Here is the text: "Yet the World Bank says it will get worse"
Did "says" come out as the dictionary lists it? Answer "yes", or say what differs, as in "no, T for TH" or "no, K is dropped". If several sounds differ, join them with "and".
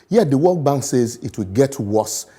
yes